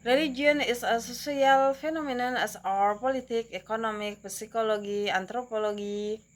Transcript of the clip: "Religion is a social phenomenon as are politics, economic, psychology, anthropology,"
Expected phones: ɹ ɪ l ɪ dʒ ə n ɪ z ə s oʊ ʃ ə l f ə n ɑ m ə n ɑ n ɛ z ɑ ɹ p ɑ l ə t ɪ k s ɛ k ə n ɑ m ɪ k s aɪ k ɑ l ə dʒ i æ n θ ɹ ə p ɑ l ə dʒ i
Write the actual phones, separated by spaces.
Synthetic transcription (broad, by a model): ɹ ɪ l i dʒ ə n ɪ s ə s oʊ s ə l f ə n ɑ m ə n ɑ n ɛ s ɑ ɹ p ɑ l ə t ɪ k ɛ k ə n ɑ m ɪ k s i k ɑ l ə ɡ i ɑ n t ɹ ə p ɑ l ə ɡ i